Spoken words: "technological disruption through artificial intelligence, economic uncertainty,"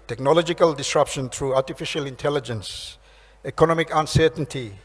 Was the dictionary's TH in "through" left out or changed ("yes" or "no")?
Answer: yes